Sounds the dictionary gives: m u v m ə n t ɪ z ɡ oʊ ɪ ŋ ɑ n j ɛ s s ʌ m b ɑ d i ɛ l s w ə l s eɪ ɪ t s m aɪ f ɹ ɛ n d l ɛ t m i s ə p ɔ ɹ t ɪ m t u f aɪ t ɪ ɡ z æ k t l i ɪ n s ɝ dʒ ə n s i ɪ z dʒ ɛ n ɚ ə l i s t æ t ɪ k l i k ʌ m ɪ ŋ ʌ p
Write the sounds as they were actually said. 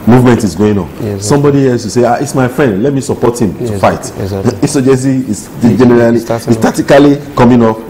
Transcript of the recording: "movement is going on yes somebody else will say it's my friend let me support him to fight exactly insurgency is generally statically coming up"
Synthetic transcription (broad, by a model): m u v m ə n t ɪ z ɡ oʊ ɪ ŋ ɑ n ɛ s s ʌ m b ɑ d i ɛ l s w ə s eɪ ɪ t s m aɪ f ɹ ɛ n d l ɛ t m i s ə p ɔ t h ɪ m t u f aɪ ɪ t i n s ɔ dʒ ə s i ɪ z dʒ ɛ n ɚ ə l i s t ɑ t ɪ k l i k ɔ m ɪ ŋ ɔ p